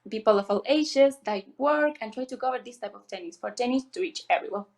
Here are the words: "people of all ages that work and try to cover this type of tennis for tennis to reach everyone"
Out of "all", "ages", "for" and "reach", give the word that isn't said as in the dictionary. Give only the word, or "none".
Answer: ages